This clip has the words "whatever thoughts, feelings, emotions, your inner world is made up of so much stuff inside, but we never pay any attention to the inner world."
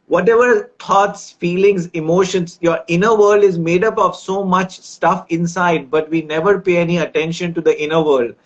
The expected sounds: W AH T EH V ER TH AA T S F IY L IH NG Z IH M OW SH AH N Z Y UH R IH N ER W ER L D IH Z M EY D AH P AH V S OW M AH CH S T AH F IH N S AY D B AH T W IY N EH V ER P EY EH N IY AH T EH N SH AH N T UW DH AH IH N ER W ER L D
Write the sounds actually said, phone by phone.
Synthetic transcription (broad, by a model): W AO T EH V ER T AA T S F IY L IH NG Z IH M OW SH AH N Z Y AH R IH N ER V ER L D IH Z M EY D AH P AH V S OW M AH CH S T AH F IH N S AY D B AH T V IY N EH V ER P EY EH N IY AH T EH N SH AH N T UW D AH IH N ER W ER L D